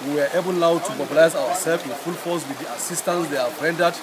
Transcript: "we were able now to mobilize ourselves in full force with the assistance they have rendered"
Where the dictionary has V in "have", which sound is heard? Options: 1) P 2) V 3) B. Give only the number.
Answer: 3